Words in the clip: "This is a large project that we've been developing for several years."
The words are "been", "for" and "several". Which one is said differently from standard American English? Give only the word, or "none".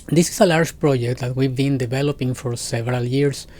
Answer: none